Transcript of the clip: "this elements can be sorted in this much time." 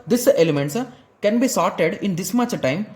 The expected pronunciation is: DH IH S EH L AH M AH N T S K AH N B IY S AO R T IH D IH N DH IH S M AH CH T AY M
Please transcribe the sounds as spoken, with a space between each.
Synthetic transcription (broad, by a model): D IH S EH L AH M AH N T S K AH N B IY S AO R T IH D IH N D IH S M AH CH T AY M